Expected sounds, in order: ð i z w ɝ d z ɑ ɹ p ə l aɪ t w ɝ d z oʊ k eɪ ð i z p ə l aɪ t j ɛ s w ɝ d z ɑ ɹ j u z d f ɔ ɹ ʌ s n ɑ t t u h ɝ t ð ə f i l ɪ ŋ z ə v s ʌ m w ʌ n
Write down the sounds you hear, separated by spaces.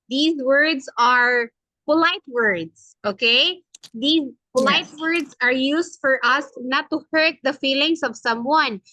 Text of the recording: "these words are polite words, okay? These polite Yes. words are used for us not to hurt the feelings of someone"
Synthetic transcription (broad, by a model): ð i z w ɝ d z ɑ ɹ p ə l aɪ t w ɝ d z oʊ k eɪ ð i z p ə l aɪ t w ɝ d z ɑ ɹ j u s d f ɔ ɹ ʌ s n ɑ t t u h ɝ t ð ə f i l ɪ ŋ s ə v s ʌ m w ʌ n